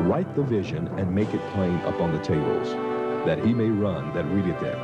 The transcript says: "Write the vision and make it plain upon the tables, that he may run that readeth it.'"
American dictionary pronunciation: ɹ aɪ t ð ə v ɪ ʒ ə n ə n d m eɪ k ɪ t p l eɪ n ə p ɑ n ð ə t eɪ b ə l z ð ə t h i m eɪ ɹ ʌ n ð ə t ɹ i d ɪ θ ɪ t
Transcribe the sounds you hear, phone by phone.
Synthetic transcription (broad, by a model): ɹ aɪ t ð ə v ɪ ʒ ə n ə n m eɪ k ɪ t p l eɪ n ə p ɑ n ð ə t eɪ b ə l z ð ə t h i m eɪ ɹ ʌ n ð ə t ɹ i d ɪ t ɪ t